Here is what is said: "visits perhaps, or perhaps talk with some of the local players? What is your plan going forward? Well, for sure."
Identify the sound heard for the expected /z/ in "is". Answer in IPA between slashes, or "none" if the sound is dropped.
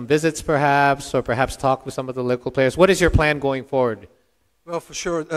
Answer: /z/